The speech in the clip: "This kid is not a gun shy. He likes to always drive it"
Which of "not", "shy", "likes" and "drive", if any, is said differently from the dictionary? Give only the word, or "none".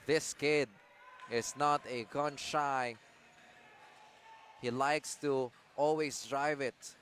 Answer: none